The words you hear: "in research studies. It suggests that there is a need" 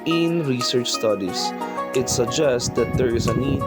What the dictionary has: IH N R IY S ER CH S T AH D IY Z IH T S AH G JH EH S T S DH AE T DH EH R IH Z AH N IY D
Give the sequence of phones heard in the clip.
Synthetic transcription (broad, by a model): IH N R IY S ER CH S T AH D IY S IH T S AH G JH EH S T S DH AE T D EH R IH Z AH N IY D